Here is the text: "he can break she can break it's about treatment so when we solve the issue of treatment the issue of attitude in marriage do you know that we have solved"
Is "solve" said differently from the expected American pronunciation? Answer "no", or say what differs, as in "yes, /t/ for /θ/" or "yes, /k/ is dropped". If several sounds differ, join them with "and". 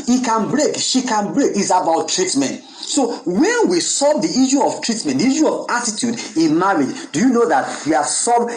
yes, /l/ is dropped